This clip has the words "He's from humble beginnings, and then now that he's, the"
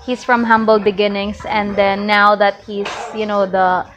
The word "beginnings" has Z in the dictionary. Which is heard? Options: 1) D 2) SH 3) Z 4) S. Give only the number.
4